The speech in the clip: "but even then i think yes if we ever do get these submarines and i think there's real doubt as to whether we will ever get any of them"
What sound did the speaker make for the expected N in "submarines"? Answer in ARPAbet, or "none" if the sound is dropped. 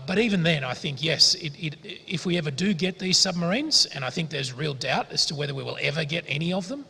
N